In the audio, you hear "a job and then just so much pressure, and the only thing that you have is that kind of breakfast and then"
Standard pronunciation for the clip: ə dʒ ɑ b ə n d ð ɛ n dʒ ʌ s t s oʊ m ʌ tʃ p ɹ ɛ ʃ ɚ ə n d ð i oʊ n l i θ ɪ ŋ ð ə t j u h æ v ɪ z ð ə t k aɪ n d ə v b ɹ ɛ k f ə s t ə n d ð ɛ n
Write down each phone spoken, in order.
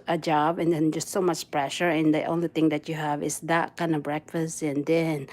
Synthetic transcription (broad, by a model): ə dʒ ɑ b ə n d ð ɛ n dʒ ʌ s t s oʊ m ʌ tʃ p ɹ ɛ ʃ ɚ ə n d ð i oʊ n l i θ ɪ ŋ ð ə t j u h æ v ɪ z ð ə t k aɪ n d ə v b ɹ ɛ k f ə s t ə n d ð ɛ n